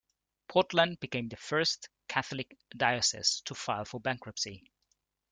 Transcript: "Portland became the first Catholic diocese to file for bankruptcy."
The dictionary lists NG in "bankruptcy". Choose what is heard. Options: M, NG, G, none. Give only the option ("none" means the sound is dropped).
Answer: NG